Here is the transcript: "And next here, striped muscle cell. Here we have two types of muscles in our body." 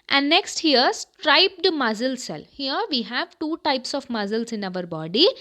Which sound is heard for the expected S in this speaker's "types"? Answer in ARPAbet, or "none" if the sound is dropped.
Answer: S